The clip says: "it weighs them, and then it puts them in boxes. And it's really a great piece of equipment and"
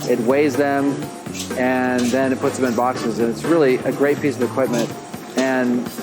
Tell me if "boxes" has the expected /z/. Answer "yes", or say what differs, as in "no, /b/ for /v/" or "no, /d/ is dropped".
yes